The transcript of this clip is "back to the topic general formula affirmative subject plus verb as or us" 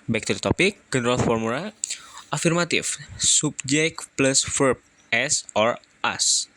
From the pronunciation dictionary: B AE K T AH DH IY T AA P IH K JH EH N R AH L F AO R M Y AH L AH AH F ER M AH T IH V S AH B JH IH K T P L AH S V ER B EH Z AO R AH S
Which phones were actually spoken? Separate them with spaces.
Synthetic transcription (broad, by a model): B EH K T AH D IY T AA P IH K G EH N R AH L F AO R M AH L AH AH F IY M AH T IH F S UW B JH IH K P L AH S F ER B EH S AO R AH S